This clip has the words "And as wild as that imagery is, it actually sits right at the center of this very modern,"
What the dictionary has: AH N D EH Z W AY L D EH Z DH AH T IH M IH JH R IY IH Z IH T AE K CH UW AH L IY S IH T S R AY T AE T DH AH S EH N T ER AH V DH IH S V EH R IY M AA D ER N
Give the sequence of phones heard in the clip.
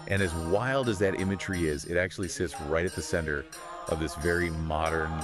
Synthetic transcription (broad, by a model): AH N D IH Z W AY L D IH Z DH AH T IH M IH JH R IY IH Z IH T AE K CH UW AH L IY S IH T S R AY T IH T DH AH S EH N T ER AH V DH IH S V EH R IY M AA D ER N